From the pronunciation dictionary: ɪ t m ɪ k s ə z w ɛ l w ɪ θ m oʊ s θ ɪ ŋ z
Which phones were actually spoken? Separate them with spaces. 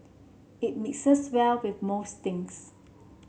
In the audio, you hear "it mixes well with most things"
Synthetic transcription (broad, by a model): ɪ t m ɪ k s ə s w ɛ l w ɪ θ m oʊ s t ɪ ŋ s